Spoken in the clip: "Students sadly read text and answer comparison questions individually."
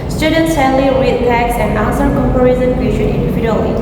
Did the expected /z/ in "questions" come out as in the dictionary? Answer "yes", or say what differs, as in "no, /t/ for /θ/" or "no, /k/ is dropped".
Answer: no, /z/ is dropped